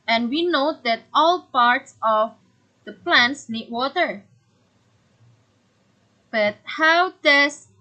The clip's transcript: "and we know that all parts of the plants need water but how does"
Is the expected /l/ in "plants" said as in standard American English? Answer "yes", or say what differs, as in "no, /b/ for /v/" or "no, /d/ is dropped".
yes